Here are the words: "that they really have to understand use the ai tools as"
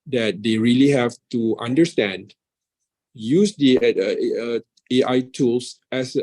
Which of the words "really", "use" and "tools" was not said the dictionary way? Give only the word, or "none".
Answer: tools